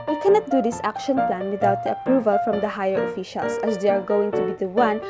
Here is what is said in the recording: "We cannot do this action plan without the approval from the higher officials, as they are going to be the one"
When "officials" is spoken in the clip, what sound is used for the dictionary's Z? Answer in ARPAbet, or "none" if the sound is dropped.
S